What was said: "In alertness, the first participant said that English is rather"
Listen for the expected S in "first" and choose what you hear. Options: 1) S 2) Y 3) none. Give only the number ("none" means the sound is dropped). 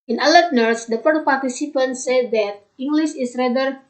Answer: 3